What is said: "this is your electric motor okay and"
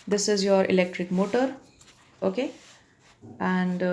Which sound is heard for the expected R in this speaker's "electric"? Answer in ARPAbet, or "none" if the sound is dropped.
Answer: R